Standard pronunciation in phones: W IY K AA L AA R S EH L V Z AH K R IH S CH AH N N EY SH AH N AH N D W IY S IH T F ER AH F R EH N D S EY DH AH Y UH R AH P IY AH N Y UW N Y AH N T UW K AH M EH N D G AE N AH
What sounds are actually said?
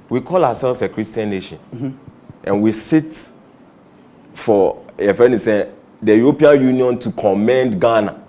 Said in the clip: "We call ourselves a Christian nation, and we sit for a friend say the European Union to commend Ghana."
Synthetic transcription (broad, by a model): W IY K AA L AA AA S EH L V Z AH K R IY S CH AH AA N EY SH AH N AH N W IY S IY T F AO AH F EH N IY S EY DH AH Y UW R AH P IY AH N Y UW N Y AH N T UW K AH M EH N D G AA N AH